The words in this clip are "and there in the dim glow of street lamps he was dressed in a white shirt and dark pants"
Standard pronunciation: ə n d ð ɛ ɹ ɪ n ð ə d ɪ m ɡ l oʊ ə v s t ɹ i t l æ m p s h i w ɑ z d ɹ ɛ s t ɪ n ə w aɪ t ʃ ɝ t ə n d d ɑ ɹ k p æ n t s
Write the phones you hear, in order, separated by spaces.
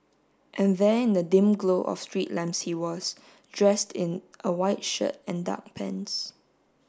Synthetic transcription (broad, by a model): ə n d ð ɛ ɪ n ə d ɪ m ɡ l oʊ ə f s t ɹ i t l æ m s h i w ɑ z d ɹ ɛ s t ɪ n ə w aɪ t ʃ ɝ t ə n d d ɑ k p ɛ n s